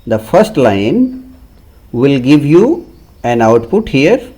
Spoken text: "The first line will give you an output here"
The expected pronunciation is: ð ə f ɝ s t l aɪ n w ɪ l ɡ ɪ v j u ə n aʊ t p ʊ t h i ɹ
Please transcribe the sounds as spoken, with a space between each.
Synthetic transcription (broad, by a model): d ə f ɝ s t l aɪ n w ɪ l ɡ ɪ v j u ə n aʊ t p ʊ t h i ɹ